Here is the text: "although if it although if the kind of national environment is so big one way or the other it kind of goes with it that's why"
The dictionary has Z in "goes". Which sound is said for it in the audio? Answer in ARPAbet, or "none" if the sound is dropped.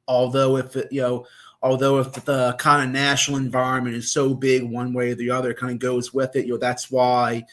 Z